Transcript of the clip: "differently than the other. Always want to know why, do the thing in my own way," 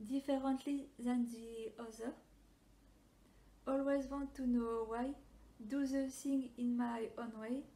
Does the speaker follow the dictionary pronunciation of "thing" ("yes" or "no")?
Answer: no